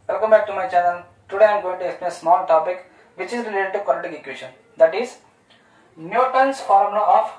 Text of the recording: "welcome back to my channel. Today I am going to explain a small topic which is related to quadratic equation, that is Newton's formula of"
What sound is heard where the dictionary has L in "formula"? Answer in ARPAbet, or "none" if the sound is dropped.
none